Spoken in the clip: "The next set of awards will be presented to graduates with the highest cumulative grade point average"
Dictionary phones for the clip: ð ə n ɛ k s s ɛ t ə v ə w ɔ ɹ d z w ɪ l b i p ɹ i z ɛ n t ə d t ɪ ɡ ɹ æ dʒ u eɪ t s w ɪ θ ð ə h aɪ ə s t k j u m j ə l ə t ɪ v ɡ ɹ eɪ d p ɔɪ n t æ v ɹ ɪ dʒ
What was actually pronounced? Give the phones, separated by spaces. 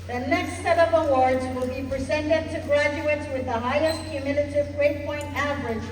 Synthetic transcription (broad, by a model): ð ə n ɛ k s s ɛ t ə v ə w ɔ ɹ d z w ɪ l b i p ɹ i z ɛ n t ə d t ɪ ɡ ɹ æ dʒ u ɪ t s w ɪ ð ə h aɪ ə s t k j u m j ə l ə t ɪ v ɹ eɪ p ɔɪ n t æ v ɹ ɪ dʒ